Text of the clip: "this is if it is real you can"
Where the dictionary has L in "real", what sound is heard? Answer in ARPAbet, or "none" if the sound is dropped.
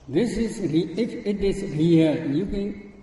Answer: N